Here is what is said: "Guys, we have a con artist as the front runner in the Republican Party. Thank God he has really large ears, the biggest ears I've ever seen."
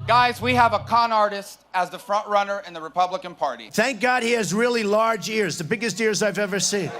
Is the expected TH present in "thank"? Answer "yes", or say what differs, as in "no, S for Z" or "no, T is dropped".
yes